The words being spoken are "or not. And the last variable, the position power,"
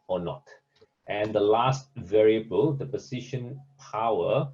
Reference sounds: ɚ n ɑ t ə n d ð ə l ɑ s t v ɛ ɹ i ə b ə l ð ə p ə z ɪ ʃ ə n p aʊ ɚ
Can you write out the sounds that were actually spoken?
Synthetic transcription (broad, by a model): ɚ n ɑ t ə n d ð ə l ɑ s t v ɛ ɹ i ə b ə l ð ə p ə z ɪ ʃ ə n p aʊ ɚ